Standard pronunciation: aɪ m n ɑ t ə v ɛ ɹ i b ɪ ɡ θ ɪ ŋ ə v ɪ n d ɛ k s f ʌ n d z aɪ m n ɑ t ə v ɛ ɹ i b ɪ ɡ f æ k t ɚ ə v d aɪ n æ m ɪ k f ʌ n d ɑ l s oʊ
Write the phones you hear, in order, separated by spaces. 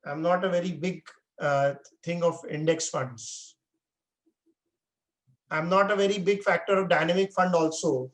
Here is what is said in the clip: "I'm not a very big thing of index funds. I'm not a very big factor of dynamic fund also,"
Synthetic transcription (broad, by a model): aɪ m n ɑ t ə v ɛ ɹ i b ɪ ɡ t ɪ ŋ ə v ɪ n d ɛ k s f ʌ n d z aɪ m n ɑ t ə v ɛ ɹ i b ɪ ɡ f æ k t ɚ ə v d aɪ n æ m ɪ k f ʌ n d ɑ l s oʊ